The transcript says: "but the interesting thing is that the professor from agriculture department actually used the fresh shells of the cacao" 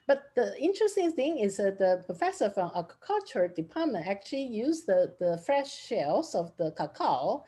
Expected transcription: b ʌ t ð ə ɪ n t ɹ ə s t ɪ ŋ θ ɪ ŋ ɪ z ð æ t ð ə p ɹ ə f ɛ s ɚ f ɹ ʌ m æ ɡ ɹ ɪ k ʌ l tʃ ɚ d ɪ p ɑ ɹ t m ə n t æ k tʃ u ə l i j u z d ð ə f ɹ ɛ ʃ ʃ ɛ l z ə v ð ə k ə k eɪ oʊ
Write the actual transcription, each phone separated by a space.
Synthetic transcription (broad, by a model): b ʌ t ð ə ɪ n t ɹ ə s t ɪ ŋ θ ɪ ŋ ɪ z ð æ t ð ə p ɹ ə f ɛ s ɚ f ɹ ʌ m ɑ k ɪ k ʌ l tʃ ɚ d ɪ p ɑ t m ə n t æ k tʃ u ə l i j u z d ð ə f ɹ ɛ ʃ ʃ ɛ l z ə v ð ə k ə k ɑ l